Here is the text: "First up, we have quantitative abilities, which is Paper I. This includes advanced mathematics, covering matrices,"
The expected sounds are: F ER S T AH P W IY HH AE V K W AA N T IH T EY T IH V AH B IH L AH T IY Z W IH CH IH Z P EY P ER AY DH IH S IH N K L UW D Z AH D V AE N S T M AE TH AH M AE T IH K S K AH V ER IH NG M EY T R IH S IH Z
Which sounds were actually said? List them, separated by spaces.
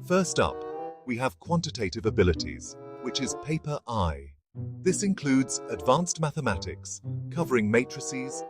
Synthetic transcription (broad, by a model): F ER S T AH P W IY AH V K W AA N T IH T EY T IH V AH B IH L AH T IY Z W IH CH IH Z P EY P ER AY DH IH S IH N K L UW D Z AH D V AE N S T M AE TH AH M AE T IH K S K AH V ER IH NG M EY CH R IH S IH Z